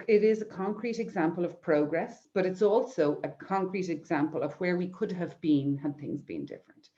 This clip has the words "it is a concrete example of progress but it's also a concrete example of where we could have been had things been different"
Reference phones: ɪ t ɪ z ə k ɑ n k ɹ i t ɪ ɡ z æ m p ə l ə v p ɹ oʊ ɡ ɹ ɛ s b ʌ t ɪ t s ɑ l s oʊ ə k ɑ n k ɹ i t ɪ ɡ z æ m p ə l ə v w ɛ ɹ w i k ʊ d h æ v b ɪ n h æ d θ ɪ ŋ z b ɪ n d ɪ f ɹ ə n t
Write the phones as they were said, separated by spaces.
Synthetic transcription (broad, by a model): ɪ t ɪ z ə k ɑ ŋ k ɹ i t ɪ ɡ z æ m p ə l ə v p ɹ oʊ ɡ ɹ ɛ s b ʌ t ɪ t s ɑ l s oʊ ə k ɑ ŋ k ɹ i t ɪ ɡ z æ m p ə l ə v w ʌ ɹ w i k ʊ d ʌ v b ɪ n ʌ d θ ɪ ŋ z b ɪ n d ɪ f ɹ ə n t